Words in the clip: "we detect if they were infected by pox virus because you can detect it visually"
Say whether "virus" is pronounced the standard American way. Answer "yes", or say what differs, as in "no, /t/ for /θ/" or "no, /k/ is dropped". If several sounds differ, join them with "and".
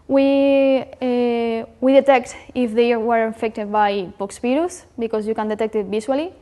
no, /p/ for /v/